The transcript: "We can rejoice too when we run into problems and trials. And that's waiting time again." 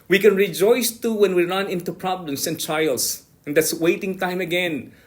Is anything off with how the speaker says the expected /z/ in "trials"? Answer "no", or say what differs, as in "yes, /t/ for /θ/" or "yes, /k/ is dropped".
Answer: yes, /s/ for /z/